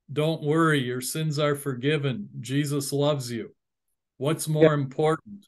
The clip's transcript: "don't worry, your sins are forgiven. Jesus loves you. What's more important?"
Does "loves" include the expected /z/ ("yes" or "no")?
yes